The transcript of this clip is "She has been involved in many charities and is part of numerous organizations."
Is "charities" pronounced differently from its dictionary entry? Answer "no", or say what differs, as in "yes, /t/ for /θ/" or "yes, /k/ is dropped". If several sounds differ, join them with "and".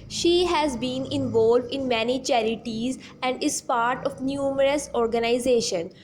no